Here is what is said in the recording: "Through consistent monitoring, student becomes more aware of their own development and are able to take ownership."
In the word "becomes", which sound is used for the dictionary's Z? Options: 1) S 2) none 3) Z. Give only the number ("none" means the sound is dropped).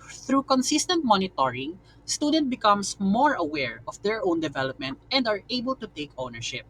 1